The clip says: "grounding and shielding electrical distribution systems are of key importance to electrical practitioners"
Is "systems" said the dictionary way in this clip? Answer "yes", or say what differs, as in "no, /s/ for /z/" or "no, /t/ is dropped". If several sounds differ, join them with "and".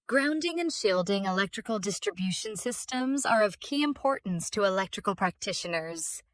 yes